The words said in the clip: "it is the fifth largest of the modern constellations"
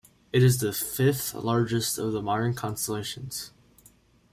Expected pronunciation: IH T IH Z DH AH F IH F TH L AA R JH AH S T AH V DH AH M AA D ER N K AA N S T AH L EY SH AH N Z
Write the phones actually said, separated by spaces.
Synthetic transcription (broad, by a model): IH T IH Z DH AH F IH F TH L AA R JH AH S T AH V DH AH M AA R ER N K AA N S T AH L EY SH AH N Z